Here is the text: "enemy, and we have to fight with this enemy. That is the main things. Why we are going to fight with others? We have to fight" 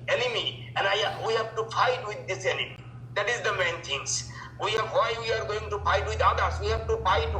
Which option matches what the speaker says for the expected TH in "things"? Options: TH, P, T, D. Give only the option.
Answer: T